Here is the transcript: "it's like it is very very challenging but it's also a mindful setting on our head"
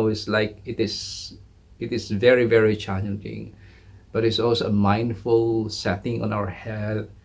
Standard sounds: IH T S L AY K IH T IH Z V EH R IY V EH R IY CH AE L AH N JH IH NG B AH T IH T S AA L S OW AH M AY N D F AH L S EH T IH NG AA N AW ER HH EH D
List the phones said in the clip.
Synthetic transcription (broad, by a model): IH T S L AY K IH T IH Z V EH R IY V EH R IY CH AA N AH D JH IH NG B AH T IH T S AA L S OW AH M AY N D F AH L S EH T IH NG AA N AW ER HH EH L